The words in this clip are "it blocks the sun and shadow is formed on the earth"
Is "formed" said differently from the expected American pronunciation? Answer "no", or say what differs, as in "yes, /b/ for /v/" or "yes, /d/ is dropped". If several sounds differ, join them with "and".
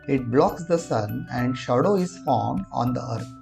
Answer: yes, /d/ is dropped